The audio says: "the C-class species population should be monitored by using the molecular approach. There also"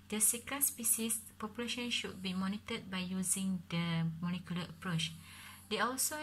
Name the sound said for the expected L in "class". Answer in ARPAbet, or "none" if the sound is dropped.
none